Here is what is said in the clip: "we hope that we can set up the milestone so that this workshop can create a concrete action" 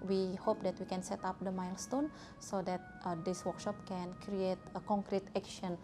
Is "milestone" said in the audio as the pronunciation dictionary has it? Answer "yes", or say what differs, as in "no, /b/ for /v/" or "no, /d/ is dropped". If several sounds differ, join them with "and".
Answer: yes